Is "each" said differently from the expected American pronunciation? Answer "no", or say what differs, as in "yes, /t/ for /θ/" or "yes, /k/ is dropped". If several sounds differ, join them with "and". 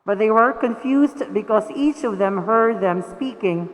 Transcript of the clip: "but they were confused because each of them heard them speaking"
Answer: no